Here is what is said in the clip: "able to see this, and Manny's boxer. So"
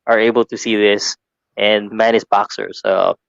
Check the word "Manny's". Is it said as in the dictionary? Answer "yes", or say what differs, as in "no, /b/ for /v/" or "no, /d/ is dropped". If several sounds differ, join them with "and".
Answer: no, /s/ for /z/